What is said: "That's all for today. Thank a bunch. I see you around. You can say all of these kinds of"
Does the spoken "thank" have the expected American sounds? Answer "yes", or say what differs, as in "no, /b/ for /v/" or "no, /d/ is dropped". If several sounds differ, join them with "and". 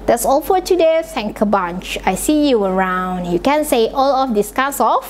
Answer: no, /s/ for /θ/